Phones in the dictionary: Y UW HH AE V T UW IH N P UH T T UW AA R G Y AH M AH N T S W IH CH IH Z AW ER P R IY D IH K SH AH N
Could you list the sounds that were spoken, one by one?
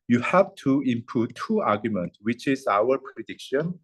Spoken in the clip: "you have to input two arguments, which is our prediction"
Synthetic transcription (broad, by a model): Y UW HH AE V T UW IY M P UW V T UW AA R G Y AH M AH N T W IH CH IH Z AW ER P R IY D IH K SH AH N